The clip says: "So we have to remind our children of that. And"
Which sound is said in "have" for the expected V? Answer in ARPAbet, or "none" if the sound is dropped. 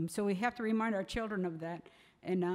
F